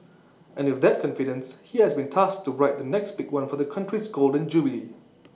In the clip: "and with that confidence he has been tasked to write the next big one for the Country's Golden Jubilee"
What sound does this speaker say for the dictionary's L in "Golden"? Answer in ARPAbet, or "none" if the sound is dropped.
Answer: L